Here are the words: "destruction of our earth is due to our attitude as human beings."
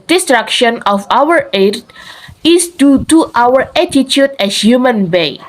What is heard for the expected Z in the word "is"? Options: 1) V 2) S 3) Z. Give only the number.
2